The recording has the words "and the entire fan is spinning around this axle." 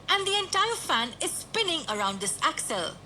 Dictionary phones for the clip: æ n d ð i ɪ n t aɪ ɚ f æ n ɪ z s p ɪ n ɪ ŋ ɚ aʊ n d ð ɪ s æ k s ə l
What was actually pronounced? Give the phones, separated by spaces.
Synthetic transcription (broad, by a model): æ n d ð i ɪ n t aɪ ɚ f æ n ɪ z s p ɪ n ɪ ŋ ɚ aʊ n d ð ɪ s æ k s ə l